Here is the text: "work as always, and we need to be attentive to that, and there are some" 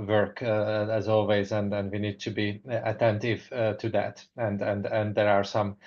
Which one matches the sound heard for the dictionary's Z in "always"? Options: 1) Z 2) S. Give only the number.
1